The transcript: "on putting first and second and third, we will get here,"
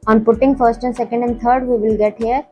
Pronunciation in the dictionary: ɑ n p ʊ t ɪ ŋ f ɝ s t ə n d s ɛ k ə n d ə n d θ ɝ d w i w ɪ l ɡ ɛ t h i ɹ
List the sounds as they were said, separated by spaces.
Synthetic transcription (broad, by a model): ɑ n p ʊ t ɪ ŋ f ɝ s t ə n s ɛ k ə n d ə n d t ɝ d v i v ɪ l ɡ ɛ t h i ɹ